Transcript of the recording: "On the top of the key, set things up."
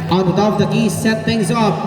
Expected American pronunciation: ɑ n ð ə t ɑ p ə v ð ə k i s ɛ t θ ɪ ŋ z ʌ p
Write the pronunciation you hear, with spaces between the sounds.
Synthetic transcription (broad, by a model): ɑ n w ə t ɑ ə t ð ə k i s ɛ t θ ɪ ŋ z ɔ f